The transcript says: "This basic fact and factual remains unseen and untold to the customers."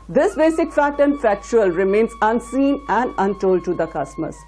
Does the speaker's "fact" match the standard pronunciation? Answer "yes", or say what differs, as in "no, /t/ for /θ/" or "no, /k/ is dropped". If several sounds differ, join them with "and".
no, /k/ is dropped